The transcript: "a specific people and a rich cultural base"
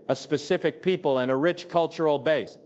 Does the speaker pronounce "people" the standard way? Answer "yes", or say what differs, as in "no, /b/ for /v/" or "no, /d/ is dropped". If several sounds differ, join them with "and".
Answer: yes